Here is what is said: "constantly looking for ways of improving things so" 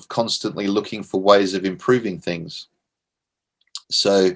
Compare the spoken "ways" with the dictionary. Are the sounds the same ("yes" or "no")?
yes